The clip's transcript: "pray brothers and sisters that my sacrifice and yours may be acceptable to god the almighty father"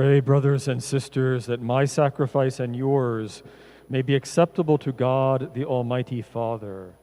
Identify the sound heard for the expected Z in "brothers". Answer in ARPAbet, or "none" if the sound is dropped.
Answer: Z